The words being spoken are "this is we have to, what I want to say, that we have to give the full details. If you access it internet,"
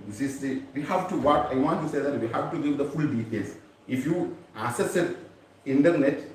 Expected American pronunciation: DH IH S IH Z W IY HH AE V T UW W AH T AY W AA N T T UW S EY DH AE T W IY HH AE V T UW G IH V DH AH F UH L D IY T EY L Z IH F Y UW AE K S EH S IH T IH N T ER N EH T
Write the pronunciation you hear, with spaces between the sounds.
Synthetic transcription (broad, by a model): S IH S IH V IY HH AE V T UW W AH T AY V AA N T T UW S EY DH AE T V IY HH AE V T UW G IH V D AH F UH L D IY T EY L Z IH F Y UW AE S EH S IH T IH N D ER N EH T